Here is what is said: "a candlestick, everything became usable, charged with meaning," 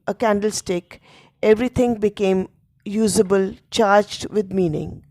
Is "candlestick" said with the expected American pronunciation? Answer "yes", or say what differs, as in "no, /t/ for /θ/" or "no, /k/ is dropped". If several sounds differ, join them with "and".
yes